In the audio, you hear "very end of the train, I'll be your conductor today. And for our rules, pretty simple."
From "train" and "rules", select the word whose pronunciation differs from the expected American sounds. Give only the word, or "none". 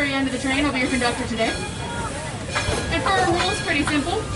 none